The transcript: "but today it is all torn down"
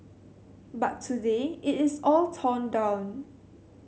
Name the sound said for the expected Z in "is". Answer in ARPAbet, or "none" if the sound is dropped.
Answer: S